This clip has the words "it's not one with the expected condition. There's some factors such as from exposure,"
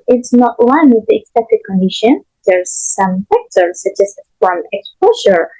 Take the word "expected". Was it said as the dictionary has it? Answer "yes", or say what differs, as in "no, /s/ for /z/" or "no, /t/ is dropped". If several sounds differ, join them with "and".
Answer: no, /p/ is dropped